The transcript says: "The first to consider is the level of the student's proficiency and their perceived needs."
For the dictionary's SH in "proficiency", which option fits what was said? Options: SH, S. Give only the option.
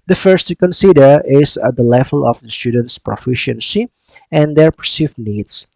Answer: SH